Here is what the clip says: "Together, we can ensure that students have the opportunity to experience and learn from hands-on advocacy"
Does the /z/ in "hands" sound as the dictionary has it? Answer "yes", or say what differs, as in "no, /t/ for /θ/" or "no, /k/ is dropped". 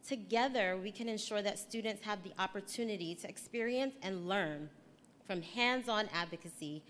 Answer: yes